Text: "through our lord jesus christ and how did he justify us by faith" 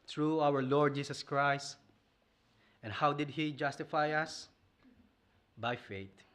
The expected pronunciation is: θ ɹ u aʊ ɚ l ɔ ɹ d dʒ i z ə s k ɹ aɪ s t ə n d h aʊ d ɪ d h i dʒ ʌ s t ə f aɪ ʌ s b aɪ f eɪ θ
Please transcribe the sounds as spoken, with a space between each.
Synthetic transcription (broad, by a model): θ ɹ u aʊ ɚ l ɔ ɹ d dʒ i s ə s k ɹ aɪ s t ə n h aʊ d ɪ d h i dʒ ʌ s t ə f aɪ ʌ s b aɪ f eɪ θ